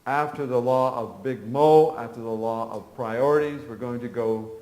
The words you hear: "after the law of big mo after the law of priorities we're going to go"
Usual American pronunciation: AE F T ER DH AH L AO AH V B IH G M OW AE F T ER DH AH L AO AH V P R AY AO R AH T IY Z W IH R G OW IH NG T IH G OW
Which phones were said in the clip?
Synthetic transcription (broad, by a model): AE F T ER DH AH L AO AH V B IH G M OW AE F T ER DH AH L AO AH V P R AY AO R AH T IY Z W IH R G OW IH NG T IH G OW